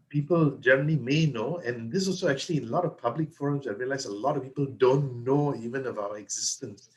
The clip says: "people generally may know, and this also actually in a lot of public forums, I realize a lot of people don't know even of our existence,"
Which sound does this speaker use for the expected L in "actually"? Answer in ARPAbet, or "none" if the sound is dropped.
none